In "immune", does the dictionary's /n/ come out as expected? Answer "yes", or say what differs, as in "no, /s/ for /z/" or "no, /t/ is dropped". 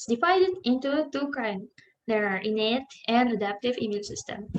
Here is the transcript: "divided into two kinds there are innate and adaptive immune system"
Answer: no, /l/ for /n/